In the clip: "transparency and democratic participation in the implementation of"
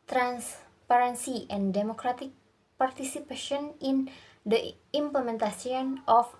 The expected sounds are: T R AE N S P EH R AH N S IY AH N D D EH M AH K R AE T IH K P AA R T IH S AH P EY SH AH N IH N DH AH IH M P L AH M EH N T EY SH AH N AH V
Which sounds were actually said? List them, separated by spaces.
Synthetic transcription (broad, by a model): T R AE N S P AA R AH N S IY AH N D D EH M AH K R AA T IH K P AA R T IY S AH P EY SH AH N IH N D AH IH M P L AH M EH N T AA S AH N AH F